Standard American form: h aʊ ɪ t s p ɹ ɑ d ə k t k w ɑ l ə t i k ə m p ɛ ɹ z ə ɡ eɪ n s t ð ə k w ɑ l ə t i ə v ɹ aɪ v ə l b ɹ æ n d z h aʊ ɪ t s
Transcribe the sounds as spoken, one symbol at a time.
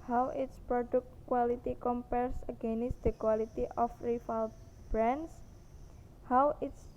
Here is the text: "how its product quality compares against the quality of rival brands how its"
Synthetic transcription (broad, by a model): h aʊ ɪ t s p ɹ ɑ d ə k t k w ɑ l ə t i k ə m p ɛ ɹ s ə ɡ eɪ n s t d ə k w ɑ l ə t i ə f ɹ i f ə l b ɹ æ n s h aʊ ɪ t s